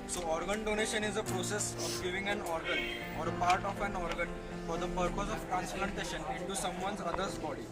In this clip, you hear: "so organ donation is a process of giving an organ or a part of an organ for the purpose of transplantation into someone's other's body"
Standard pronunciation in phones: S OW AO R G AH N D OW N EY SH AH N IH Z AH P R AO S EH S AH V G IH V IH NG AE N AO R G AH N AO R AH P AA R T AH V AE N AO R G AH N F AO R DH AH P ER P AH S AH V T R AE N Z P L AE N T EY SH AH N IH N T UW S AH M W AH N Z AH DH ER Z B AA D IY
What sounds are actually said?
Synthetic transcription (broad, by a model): S OW AO R G AH N D OW N EY SH AH N IH Z AH P R AO S EH S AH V G IH V IH NG AE N AO R G AH N AO R AH P AA R T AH F AE N AO R G AH N F AO R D AH P ER P AH S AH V T R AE N S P L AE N T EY SH AH N IH N T UW S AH M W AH N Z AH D ER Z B AA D IY